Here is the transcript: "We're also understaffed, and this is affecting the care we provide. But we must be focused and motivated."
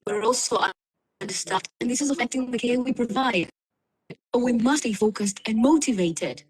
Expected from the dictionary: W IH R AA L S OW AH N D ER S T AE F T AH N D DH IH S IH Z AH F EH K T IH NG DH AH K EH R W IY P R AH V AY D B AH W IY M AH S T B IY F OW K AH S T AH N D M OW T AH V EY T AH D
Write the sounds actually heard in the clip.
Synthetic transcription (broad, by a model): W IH R AA L S OW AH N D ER S T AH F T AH N DH IH S IH Z AH F EH K T IH NG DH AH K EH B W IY P R AH V AY D B AH W IY M AH S T B IY F OW K AH S T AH N M OW T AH V EY T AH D